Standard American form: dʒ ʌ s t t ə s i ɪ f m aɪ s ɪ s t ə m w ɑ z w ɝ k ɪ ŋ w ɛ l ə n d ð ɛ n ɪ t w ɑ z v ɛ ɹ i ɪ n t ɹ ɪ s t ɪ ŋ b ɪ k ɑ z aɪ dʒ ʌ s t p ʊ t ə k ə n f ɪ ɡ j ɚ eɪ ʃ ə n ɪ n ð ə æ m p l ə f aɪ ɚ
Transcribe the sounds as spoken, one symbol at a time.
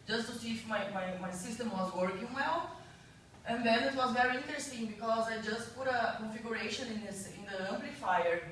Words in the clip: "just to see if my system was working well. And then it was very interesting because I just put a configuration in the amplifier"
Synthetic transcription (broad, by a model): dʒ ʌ s t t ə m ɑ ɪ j m aɪ s ɪ s t ə m w ɑ z w ɝ k ɪ ŋ w ɛ l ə n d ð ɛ n ɪ t w ɑ z v ɛ ɹ i ɪ n t ɹ ɪ s t ɪ ŋ b ɪ k ɑ z aɪ dʒ ʌ s t p ʊ t ə k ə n f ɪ ɡ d eɪ ʃ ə n ɪ n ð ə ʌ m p l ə f aɪ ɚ